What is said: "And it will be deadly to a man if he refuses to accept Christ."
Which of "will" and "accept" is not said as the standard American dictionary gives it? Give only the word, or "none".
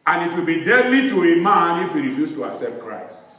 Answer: none